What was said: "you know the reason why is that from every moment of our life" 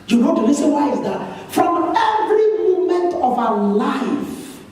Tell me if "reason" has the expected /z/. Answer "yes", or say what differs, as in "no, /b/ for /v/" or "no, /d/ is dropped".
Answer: no, /s/ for /z/